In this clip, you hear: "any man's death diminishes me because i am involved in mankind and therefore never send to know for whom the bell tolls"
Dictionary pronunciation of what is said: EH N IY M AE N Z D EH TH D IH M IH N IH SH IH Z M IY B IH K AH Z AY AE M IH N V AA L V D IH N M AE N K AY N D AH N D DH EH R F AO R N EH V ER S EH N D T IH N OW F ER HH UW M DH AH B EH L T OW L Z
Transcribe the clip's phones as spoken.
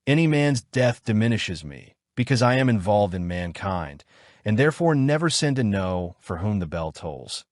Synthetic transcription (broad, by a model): EH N IY M AE N Z D EH TH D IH M IH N IH SH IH Z M IY B IH K AH Z AY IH M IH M V AA L V D IH N M AE N K AY N D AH N DH EH R F AO R N EH V ER S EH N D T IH N OW F ER HH UW M DH AH B EH L T OW L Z